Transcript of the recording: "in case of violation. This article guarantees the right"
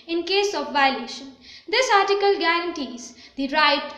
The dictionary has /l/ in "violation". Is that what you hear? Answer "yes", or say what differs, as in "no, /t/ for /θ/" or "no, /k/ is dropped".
yes